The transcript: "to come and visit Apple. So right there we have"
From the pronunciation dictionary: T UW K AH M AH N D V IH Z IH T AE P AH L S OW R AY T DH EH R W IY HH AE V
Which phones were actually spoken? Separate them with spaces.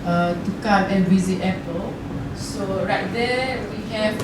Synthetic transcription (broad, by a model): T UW K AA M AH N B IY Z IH T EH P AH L S OW R AY T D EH W IY HH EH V